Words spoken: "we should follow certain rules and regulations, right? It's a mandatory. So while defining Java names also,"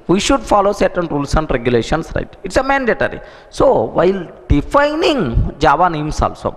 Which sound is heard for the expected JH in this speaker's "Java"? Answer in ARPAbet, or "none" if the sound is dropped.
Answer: JH